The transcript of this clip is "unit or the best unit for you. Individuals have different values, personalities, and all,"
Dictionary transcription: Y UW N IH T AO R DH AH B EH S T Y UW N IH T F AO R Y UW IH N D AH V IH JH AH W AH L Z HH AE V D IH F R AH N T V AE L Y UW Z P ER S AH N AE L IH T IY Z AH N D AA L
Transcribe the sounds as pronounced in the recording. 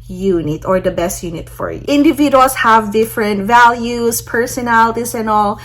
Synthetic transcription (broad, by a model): Y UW N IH T AO R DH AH B EH S T Y UW N IH T F AO R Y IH N D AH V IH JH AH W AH L S HH AE V D IH F R AH N T V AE L Y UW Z P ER S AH N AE L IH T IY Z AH N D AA L